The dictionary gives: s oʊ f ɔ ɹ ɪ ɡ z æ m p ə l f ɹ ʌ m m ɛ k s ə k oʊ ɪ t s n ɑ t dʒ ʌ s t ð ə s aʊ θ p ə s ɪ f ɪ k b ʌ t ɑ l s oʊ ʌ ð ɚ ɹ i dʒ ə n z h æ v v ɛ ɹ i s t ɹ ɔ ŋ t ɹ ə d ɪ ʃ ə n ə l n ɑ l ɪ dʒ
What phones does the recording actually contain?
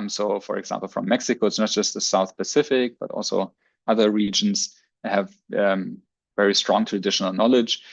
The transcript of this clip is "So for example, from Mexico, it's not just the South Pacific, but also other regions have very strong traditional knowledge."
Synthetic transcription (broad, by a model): s oʊ f ɔ ɹ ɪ ɡ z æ m p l f ɹ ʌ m m ɛ k s ə k oʊ ɪ t s n ɑ t dʒ ʌ s t ð ə s aʊ θ p ə s ɪ f ɪ k b ʌ t ɑ l s oʊ ʌ ð ɚ ɹ i dʒ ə n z h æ v v ɛ ɹ i s t ɹ ɔ ŋ t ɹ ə d ɪ ʃ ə n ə l n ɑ l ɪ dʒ